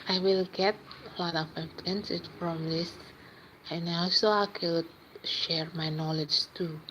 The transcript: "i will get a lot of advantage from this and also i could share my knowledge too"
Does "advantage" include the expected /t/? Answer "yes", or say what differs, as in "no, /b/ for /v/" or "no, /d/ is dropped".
no, /s/ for /t/